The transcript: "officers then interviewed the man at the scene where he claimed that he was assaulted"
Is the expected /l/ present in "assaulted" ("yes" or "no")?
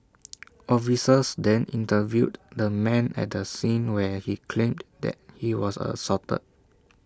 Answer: no